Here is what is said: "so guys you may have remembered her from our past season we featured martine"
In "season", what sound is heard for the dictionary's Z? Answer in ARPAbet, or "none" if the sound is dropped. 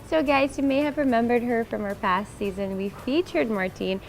Z